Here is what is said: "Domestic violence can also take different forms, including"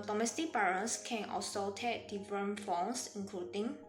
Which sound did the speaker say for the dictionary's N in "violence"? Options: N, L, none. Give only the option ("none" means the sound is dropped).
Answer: none